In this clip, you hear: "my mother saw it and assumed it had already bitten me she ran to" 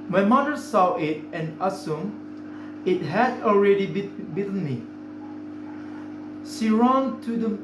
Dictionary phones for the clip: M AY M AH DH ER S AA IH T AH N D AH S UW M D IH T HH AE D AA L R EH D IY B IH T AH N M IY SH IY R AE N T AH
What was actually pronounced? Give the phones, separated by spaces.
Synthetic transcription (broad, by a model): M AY M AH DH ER S AA IH T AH N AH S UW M IH T HH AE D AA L R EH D IY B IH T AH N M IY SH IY R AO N T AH